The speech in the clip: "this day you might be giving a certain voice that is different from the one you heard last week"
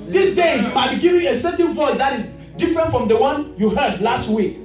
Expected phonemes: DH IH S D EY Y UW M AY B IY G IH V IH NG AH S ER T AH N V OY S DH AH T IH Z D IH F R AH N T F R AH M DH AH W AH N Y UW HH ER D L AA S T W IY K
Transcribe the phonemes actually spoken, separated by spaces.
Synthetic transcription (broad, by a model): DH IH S D EY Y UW M AY B IY G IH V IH AH S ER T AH N V OY S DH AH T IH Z D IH F R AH N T F R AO M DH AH W AH N Y UW HH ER D L AA S T W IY K